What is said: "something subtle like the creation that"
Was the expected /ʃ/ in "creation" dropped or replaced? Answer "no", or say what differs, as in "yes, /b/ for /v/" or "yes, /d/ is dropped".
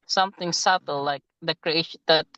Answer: yes, /ʃ/ is dropped